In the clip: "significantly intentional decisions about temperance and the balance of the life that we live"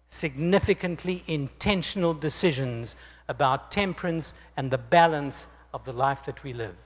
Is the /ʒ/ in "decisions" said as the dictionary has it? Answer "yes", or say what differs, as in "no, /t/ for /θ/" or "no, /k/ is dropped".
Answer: yes